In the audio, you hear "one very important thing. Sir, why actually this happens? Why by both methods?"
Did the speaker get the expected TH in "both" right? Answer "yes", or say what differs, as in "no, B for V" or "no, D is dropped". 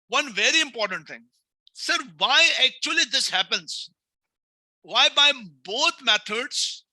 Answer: no, T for TH